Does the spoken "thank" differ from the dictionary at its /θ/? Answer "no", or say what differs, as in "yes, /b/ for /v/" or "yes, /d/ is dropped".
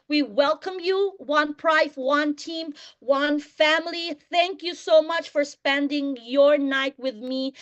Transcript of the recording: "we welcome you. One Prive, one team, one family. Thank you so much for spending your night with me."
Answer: no